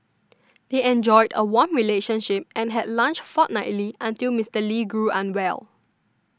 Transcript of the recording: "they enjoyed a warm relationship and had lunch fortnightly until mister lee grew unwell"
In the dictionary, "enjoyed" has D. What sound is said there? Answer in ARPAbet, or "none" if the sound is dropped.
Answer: D